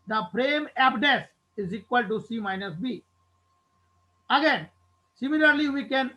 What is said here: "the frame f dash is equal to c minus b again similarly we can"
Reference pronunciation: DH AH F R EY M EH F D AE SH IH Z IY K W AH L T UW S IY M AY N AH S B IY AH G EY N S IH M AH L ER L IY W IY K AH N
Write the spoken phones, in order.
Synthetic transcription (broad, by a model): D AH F R EY M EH P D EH S IH Z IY K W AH L T UW S IY M AY N AH S B IY AH G EY N S IH M AH L ER L IY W IY K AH N